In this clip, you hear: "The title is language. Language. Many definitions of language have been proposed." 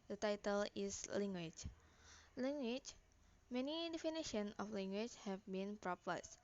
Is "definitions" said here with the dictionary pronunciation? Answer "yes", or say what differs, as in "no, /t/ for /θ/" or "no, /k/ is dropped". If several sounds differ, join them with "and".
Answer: no, /z/ is dropped